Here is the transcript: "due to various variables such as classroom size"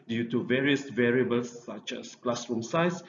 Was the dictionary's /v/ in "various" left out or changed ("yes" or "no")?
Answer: no